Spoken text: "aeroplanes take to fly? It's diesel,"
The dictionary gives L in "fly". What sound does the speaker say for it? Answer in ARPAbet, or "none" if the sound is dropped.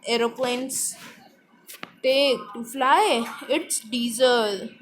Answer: L